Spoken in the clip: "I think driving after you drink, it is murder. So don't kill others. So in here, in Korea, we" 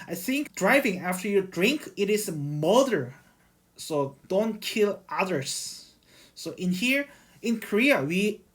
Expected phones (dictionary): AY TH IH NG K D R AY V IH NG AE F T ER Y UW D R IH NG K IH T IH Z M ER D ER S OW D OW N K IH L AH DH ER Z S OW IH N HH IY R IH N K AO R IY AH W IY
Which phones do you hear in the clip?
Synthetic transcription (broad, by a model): AY TH IH NG K D R AY V IH NG AE F T ER Y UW D R IH NG K IH T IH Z M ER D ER S OW D OW N K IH L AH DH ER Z S OW IH N HH IY R IH N K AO R IY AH W IY